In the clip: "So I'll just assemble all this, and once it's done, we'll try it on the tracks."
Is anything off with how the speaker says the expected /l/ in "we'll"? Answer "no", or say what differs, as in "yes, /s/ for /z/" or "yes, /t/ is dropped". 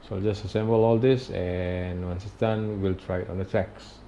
no